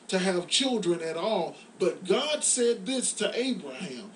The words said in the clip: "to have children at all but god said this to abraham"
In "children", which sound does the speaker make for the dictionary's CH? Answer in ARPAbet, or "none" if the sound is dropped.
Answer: CH